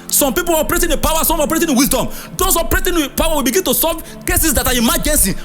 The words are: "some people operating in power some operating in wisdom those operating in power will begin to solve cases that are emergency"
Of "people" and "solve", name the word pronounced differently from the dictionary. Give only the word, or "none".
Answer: solve